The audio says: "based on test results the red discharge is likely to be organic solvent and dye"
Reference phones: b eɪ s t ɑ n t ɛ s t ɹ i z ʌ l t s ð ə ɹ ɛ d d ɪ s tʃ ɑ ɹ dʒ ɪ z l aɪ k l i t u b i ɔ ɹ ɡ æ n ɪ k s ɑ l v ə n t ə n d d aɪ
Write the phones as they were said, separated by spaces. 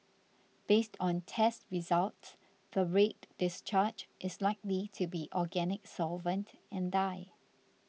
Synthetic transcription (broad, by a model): b eɪ s t ɑ n t ɛ s t ɹ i z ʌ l t s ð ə ɹ ɛ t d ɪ s tʃ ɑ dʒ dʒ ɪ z l aɪ k l i t u b i ɔ ɡ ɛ n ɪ k s ɑ l v ə n t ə n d d aɪ